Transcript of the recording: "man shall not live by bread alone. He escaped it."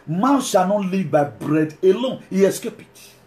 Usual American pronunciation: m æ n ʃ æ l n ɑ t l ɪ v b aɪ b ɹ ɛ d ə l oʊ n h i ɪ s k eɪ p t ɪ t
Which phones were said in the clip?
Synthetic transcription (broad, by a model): m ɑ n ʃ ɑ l n ɑ t l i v b aɪ b ɹ ɛ d ə l oʊ n h i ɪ s k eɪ p ɪ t